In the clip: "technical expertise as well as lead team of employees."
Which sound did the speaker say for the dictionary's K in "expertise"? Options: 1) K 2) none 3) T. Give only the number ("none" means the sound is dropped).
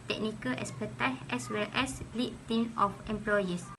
2